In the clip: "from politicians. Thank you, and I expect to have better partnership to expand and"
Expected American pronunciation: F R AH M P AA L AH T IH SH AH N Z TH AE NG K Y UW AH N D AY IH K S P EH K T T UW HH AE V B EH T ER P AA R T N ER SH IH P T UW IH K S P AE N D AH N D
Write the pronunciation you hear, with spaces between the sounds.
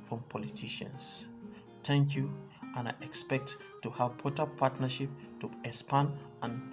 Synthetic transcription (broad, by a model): F R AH M P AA L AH T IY SH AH N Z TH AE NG K Y UW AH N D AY IH K S P EH K T T UW HH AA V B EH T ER P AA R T N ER SH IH P T UW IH S P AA N AH N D